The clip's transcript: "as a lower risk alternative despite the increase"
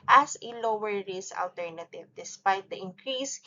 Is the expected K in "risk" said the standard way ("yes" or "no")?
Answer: no